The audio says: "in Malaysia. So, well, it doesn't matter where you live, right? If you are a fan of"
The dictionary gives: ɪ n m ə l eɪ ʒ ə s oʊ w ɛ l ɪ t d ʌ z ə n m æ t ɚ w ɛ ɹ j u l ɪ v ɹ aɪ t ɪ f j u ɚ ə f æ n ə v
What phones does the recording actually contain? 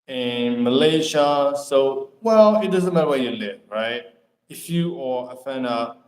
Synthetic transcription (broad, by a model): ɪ n m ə l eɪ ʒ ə s oʊ w ɛ l ɪ t d ʌ z ə n m æ t ɚ w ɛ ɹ j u l ɪ v ɹ aɪ t ɪ f j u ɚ ə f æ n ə